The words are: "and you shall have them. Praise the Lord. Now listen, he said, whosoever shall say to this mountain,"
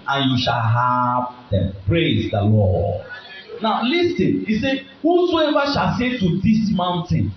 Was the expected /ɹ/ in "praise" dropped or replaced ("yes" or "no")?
no